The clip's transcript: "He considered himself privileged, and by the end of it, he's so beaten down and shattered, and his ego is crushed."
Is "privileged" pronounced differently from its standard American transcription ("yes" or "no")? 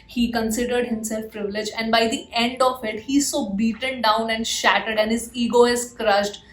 yes